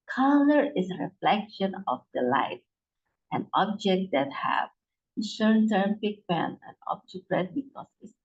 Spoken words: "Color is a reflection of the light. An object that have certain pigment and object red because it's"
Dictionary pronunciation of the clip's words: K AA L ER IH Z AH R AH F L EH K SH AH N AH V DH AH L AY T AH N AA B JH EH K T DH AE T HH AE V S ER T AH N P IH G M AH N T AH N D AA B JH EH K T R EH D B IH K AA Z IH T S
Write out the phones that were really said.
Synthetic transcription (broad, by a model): K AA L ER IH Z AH R AH F L EH K SH AH N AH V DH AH L AY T AH N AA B JH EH K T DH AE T HH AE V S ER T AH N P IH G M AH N AH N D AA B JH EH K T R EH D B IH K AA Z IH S